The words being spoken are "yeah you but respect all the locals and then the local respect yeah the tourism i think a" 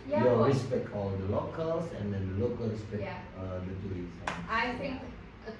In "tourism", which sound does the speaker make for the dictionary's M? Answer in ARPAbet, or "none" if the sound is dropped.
none